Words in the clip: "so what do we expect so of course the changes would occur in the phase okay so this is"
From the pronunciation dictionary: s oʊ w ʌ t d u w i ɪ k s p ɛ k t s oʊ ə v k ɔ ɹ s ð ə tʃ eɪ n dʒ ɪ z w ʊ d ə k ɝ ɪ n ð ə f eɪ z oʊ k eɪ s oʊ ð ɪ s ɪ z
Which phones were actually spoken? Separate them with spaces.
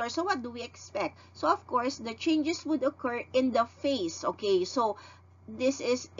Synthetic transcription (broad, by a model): s oʊ w ʌ t d u w i ɪ k s p ɛ k t s oʊ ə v k ɔ ɹ s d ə tʃ eɪ n dʒ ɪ s w ʊ d ə k ɝ ɪ n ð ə f eɪ s oʊ k eɪ s oʊ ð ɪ s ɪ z